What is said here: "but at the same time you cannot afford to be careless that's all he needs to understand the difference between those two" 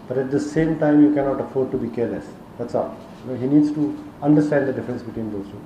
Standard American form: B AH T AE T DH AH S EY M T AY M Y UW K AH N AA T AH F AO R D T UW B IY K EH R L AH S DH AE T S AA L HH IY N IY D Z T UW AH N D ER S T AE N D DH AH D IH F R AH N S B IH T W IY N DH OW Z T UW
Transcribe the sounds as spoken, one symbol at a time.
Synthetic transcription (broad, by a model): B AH T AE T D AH S EY M T AY M Y UW K AH N AA T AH F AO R D T UW B IY K EH R L AH S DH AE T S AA N HH IY N IY D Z T UW AH N D ER S T AE N D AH D IH F R AH N S B IH T W IY N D OW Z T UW